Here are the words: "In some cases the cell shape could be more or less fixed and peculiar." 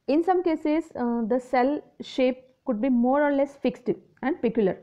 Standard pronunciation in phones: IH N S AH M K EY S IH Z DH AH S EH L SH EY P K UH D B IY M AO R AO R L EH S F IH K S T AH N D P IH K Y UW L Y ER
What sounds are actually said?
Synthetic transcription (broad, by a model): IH N S AH M K EY S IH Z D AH S EH L SH EY P K UH D B IY M AO R AO R L EH S F IH K S T AH N D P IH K Y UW L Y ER